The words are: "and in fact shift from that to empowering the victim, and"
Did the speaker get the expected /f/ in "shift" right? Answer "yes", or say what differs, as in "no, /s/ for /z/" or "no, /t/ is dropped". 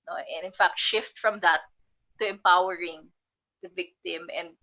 yes